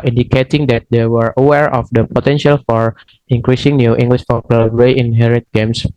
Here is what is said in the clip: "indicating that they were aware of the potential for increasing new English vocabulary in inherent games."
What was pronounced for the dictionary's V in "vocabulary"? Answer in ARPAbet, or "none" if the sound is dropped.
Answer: P